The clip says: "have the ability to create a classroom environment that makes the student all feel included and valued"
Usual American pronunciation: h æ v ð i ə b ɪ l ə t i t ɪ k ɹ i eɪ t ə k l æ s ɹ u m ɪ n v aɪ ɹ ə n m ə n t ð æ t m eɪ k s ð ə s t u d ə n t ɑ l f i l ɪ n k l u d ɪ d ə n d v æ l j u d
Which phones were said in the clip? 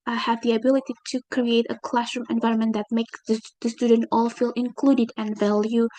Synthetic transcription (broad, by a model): h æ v ð i ə b ɪ l ə t i t ɪ k ɹ i eɪ t ə k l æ s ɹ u m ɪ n v aɪ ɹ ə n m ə n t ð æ t m eɪ k s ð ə s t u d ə n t ɑ l f i l ɪ n k l u d ɪ d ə n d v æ l j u